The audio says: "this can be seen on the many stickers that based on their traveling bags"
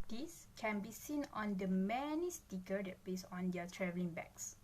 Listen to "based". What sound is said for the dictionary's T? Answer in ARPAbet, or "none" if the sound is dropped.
none